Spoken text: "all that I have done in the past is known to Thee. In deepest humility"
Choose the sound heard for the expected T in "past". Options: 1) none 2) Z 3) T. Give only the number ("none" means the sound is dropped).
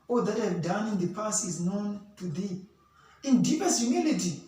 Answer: 1